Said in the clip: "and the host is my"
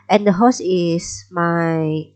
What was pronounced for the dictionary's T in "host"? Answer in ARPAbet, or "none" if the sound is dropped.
none